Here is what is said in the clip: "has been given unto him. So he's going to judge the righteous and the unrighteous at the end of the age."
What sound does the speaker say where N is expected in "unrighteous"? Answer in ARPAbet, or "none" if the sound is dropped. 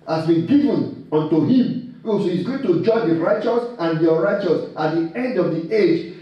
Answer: none